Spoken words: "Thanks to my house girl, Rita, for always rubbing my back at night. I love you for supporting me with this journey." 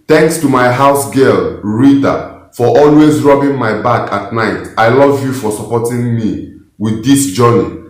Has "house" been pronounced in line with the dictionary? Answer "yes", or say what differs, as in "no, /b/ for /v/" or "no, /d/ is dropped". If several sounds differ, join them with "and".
yes